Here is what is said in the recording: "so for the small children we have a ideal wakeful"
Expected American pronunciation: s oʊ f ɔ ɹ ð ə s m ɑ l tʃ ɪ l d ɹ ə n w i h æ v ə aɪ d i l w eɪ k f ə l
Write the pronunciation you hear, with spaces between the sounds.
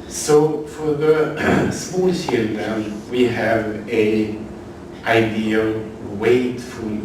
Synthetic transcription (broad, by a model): s oʊ f ɔ ɹ ð ə s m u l ʃ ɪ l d ə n w i h æ v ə aɪ d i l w eɪ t f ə